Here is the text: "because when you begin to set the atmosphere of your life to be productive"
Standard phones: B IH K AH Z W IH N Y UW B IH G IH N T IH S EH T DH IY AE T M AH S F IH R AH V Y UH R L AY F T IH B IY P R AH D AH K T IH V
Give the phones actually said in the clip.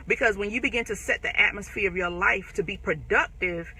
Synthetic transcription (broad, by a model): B IH K AH Z W IH N Y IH B IH G IH N T IH S EH T DH IY AE T M AH S F IH R AH V Y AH R L AY F T IH B IY P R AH D AH K T IH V